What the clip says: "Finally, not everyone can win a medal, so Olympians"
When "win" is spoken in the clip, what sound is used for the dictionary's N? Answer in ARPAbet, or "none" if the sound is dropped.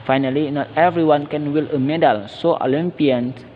L